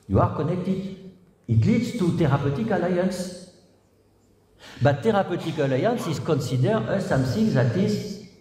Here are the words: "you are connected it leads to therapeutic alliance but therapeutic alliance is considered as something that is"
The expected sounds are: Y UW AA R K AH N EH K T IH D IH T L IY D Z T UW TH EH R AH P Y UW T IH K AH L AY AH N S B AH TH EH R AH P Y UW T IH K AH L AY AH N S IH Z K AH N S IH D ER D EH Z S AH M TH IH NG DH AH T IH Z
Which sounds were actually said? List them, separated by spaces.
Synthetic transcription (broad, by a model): Y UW AA R K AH N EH K T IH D IH T L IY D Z T UW T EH R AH P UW T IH K AH L AY AH N S B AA T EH R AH P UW T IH K AH L AY AH N S IH Z K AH N S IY D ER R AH S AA M S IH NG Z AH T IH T